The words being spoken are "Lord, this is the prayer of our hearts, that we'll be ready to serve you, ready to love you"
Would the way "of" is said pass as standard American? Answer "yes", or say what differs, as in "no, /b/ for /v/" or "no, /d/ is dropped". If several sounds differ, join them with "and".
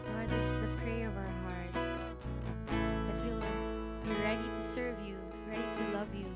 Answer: yes